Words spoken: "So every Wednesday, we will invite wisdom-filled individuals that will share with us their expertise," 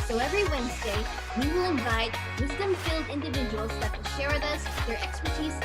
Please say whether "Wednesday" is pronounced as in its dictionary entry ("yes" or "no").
yes